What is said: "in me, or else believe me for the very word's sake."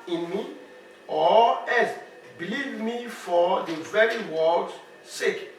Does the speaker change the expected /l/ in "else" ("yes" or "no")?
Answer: yes